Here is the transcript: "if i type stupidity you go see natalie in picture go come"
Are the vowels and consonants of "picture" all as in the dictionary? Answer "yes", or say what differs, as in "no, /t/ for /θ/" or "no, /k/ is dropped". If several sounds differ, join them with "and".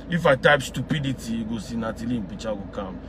no, /k/ is dropped